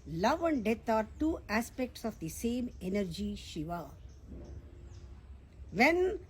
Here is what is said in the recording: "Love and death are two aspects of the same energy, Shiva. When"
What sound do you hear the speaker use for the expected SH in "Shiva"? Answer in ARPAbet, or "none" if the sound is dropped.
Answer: SH